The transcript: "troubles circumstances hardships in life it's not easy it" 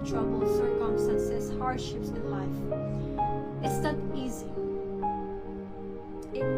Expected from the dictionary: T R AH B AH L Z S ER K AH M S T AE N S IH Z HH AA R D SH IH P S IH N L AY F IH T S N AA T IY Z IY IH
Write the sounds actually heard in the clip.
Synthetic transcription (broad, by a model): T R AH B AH L S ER K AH M S T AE N S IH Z HH AA R D SH IH P S IH N L AY F IH T S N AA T IY Z IY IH